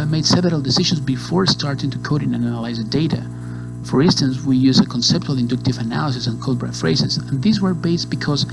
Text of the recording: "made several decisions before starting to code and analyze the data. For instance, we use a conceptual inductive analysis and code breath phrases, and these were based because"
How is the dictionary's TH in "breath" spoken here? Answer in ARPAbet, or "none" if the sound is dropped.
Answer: T